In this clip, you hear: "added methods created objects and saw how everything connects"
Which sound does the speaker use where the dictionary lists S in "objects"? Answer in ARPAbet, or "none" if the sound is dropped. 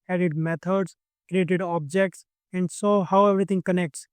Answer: S